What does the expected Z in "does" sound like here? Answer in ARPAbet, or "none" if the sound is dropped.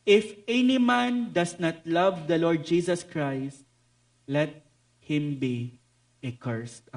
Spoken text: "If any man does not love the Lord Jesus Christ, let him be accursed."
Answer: S